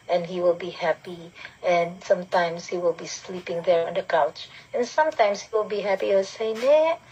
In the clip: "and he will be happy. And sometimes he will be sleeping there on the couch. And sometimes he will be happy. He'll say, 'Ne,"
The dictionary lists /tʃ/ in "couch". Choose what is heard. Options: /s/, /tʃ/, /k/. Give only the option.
/tʃ/